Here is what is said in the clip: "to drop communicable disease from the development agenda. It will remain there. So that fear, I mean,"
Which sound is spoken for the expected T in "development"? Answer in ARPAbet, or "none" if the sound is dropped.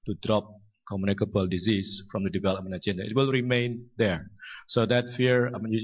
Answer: none